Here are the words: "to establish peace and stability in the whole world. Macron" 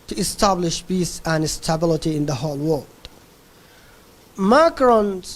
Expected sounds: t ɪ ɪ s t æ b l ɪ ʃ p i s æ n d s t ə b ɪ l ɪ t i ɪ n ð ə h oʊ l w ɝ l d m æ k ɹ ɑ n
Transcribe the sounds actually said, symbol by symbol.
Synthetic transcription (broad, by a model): t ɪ ɪ s t æ b l ɪ ʃ b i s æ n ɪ s t ə b ɪ l ɪ t i ɪ n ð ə h oʊ l w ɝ l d m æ k ɹ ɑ n